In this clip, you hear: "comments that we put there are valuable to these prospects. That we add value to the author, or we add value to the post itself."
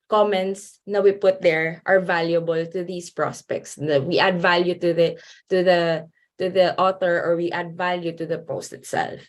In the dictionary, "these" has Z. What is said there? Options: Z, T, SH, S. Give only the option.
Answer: S